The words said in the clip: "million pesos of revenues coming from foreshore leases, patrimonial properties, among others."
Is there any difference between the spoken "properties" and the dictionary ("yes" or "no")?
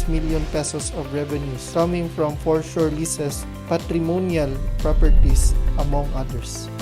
yes